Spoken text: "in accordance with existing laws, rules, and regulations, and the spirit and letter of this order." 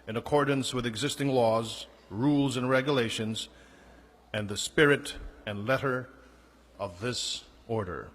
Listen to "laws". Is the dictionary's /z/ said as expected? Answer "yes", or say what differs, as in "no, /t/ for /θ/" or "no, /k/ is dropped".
yes